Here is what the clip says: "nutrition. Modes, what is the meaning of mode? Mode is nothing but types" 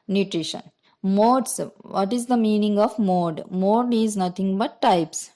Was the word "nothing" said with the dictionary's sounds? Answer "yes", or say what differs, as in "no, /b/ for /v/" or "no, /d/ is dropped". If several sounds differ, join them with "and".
no, /t/ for /θ/